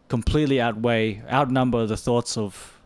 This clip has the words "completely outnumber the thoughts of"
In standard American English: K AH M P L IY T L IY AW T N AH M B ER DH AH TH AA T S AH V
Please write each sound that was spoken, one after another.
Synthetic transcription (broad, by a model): K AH M P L IY T L IY AW T N AH M B ER DH AH TH AA T S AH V